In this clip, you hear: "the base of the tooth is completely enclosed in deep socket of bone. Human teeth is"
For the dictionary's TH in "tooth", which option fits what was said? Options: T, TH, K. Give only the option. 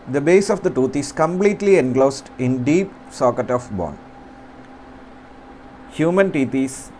T